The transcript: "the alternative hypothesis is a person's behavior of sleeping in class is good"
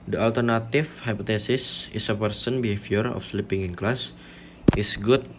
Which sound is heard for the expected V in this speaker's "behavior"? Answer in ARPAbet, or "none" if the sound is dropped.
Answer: F